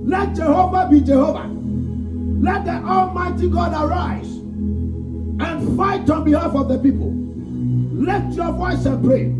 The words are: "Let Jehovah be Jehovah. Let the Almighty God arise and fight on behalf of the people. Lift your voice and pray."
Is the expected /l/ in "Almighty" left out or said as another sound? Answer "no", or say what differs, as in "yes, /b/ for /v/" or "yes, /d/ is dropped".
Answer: no